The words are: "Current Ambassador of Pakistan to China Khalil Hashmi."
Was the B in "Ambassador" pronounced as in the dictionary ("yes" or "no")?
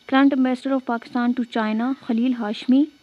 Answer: no